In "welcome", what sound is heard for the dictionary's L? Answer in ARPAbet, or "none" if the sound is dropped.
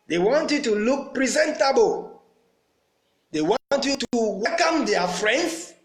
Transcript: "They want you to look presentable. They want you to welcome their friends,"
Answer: none